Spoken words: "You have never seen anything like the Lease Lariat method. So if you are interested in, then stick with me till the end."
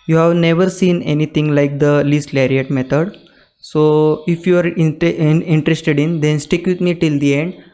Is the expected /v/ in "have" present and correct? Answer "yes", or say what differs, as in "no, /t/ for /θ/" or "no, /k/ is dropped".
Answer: yes